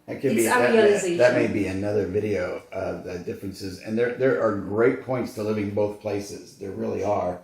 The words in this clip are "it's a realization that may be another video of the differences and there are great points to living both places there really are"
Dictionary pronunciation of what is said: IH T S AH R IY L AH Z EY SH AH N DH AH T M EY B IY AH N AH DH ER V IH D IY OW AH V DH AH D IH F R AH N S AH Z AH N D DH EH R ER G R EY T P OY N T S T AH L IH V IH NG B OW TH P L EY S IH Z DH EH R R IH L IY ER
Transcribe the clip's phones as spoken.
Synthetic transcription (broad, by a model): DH AH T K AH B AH DH AH T M EY B IY AH N AH DH ER V IH D IY OW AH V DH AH D IH F R AH N S AH Z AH N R DH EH R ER G R EY T P OY N T S T AH L IH V IH NG B OW TH P L EY S IH Z DH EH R R IH L IY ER